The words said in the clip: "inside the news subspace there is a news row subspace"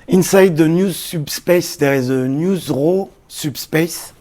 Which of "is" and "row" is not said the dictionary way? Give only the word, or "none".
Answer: none